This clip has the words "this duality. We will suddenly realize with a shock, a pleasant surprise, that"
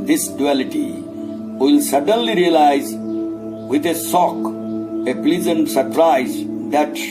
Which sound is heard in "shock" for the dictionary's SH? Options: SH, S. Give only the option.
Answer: S